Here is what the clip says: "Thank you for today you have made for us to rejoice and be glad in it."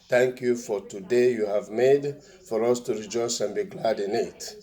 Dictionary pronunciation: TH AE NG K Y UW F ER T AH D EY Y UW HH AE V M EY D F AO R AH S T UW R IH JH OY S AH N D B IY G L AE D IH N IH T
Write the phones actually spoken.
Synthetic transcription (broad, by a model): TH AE NG K Y UW F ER T AH D EY Y UW HH AE V M EY D F AO R AH S T UW R IH JH OY S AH N B IY G L AE D IH N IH T